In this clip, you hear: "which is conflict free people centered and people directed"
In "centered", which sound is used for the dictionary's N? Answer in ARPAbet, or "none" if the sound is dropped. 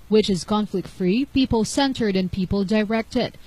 N